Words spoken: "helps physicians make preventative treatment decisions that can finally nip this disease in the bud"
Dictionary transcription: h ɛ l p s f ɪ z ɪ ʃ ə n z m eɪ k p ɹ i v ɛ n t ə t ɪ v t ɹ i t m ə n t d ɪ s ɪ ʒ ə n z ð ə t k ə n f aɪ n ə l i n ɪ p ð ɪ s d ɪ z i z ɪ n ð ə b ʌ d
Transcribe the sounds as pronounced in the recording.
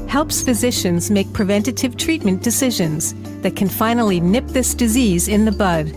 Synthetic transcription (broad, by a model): h ɛ l p s f ɪ z ɪ ʃ ə n z m eɪ k p ɹ i v ɛ n t ə t ɪ v t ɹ i t m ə n d ɪ s ɪ ʒ ə n z ð ə t k ə n f aɪ n l i n ɪ p ð ɪ s d ɪ z i z ɪ n ð ə b ʌ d